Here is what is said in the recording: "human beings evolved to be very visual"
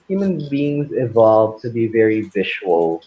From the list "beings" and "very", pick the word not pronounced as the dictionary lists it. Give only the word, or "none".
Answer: none